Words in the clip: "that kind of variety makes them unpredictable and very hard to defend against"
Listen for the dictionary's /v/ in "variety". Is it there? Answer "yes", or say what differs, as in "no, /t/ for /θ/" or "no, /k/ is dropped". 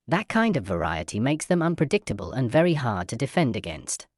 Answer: yes